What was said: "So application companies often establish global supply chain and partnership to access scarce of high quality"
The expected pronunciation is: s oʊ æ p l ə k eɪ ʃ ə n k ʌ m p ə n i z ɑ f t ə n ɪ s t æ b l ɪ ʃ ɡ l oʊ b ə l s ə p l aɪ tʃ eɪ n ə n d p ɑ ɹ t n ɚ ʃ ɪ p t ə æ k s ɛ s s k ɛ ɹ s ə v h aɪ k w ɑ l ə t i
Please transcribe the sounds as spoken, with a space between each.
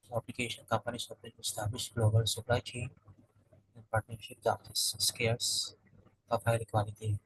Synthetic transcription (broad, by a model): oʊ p l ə k eɪ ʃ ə n k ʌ m p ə n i s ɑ p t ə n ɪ s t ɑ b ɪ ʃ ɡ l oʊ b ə l s ə p l aɪ tʃ eɪ n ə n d p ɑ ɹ t n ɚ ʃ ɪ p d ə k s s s k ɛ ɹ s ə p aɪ k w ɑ l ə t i